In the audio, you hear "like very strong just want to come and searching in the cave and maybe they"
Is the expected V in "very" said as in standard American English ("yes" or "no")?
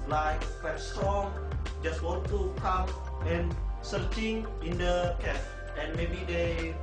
no